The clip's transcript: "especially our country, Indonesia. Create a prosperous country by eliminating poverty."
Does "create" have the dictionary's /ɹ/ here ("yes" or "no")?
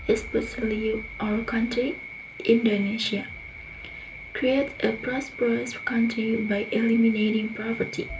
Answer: yes